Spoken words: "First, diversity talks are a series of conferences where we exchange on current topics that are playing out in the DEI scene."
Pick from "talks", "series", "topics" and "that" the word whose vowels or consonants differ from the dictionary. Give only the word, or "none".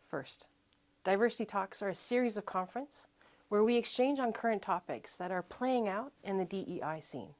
none